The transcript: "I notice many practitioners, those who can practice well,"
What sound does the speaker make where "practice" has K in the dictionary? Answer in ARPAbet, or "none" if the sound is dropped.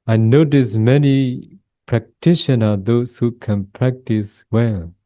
K